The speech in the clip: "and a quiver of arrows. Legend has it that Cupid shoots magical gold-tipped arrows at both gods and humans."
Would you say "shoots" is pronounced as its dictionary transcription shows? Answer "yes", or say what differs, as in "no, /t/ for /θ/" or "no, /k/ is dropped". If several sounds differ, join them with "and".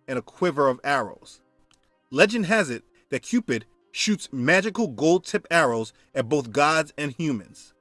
yes